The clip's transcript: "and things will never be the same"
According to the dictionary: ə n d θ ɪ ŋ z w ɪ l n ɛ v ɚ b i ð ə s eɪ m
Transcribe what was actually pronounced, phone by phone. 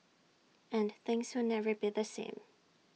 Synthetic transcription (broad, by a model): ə n θ ɪ ŋ z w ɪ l n ɛ v ɚ b i ð ə s eɪ m